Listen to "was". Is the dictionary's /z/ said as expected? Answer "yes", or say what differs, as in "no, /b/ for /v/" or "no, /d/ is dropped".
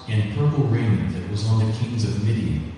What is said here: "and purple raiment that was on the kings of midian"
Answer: yes